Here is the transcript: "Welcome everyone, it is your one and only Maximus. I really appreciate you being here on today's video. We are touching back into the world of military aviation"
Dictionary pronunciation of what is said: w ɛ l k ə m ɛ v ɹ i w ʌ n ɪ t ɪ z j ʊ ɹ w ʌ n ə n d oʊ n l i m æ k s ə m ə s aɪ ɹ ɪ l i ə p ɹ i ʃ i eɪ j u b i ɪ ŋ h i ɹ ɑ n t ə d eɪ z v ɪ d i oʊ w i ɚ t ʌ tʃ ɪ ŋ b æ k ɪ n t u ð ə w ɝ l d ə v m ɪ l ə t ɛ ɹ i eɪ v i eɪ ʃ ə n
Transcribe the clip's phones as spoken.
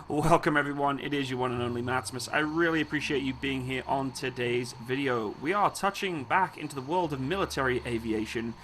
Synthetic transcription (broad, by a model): w ɛ l k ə m ɛ v ɹ i w ʌ n ɪ t ɪ z j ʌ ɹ w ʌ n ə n oʊ n l i m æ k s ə m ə s aɪ ɹ ɪ l i ə p ɹ i ʃ i eɪ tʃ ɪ b i ɪ ŋ h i ɹ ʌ n t ə d eɪ z v ɪ d i oʊ w i ɚ t ʌ tʃ ɪ ŋ b æ k ɪ n t u ð ə w ɝ l d ə v m ɪ l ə t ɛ ɹ i eɪ v i eɪ ʃ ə n